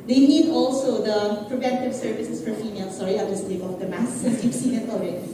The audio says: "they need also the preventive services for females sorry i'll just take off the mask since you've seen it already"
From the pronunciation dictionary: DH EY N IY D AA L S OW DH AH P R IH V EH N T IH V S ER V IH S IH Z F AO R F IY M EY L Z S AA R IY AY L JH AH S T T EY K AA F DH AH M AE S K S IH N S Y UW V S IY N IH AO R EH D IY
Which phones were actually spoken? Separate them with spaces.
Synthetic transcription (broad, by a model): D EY N IY D AA L S OW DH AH P R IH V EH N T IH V S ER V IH S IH S F AO R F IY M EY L S AA R IY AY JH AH S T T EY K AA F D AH M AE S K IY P S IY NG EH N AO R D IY